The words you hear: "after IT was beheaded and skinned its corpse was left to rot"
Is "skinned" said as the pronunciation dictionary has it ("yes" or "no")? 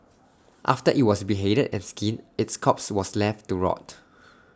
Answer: no